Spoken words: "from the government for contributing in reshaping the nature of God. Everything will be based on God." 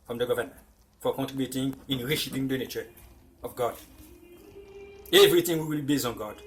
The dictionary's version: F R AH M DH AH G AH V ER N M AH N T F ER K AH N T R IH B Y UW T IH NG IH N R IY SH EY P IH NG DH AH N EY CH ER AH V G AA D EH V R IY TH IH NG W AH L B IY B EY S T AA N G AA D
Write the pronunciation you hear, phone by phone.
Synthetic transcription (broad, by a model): F R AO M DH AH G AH V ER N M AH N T F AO K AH N T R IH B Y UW T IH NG IH N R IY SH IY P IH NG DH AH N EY CH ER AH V G AA D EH V R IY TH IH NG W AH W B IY B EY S AA N G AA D